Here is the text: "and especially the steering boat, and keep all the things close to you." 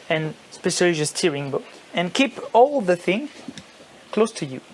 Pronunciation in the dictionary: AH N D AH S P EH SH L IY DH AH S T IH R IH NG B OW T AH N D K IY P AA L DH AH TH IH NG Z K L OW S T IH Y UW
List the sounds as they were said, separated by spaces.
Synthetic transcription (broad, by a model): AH N S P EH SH IY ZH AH S T IH R IH NG B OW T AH N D K IY P AA L DH AH TH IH NG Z K L OW S T IH Y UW